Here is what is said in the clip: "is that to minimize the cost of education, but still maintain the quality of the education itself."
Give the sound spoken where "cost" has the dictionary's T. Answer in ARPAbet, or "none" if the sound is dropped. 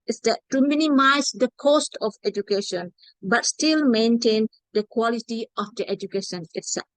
T